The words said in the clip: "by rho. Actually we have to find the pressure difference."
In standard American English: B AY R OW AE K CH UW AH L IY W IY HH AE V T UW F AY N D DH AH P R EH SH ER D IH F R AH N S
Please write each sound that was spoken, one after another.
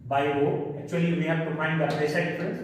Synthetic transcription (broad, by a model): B AY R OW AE K CH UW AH L IY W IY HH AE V T UW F AY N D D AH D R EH S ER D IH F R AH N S